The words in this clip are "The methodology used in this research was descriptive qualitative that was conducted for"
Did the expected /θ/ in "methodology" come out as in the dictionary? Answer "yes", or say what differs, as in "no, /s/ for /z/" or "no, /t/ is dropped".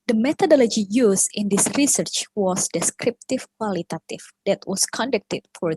no, /t/ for /θ/